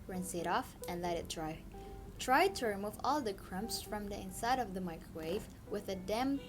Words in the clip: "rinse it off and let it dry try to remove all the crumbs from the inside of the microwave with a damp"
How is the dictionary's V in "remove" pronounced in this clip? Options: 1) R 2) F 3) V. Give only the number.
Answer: 3